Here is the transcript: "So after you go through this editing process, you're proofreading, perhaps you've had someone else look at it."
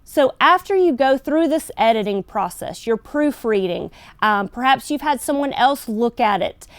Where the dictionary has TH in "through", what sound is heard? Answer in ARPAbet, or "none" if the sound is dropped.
TH